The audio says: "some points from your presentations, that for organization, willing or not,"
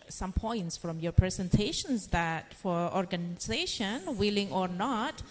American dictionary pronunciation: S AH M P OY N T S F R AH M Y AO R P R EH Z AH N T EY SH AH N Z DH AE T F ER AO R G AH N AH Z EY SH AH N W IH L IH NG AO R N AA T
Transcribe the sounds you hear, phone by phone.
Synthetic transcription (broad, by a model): S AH M P OY N T S F R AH M Y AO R P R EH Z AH N T EY SH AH N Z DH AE T F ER AO R G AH N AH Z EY SH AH N W IH L IH NG AO R N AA T